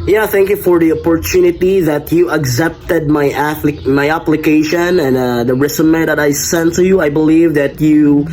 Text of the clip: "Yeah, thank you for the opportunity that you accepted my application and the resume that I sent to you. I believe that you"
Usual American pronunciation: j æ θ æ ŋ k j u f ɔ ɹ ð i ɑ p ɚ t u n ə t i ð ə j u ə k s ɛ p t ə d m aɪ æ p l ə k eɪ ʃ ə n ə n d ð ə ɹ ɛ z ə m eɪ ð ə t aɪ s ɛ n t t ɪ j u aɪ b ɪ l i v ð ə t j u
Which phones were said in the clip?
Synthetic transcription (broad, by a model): j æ θ æ ŋ k j u f ɔ ɹ ð i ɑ p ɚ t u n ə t i ð ə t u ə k s ɛ p t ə d m aɪ æ p l ə k eɪ ʃ ə n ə n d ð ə ɹ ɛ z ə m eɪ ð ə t aɪ s ɛ n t t ɪ j u aɪ b ɪ l i v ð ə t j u